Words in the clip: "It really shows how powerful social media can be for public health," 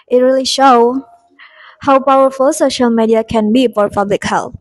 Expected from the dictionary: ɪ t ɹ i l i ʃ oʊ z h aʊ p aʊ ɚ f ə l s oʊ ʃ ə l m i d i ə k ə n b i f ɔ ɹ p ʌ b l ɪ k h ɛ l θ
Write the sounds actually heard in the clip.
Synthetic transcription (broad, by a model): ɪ t ɹ i l i ʃ oʊ h aʊ p aʊ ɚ f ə l s oʊ ʃ ə l m i d i ə k ə n b i f ɔ ɹ p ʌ b l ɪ k h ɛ l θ